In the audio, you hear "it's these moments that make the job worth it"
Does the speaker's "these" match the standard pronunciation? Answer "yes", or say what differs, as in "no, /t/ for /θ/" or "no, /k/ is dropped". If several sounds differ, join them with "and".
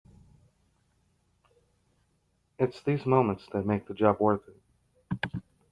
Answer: yes